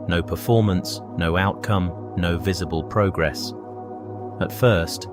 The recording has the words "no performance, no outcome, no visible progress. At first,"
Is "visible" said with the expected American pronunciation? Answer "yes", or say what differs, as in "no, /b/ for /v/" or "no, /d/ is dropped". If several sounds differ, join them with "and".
yes